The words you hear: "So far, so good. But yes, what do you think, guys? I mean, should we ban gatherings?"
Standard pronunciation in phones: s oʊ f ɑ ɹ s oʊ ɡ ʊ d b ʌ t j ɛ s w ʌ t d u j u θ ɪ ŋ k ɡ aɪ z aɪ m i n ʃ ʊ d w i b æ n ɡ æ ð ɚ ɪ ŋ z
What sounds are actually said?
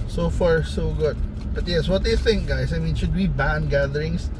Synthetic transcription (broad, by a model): s oʊ f ɑ ɹ s oʊ ɡ ʊ d b ʌ t j ɛ s w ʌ t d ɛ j θ ɪ ŋ k ɡ aɪ s aɪ m i n ʃ ʊ d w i b æ n ɡ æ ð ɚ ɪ ŋ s